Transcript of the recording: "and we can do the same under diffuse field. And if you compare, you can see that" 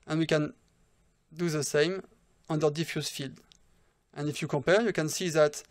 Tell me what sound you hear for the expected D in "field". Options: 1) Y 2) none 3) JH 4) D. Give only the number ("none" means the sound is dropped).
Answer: 4